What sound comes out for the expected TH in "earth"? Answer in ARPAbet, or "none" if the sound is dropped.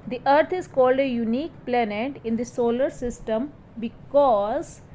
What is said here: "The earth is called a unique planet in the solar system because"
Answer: T